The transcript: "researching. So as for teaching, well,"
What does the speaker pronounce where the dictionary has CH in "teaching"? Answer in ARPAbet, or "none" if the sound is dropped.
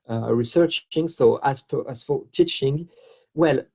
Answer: CH